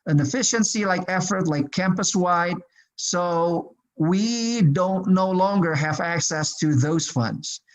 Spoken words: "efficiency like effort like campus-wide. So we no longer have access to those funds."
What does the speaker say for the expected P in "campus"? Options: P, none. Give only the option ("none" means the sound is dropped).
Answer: P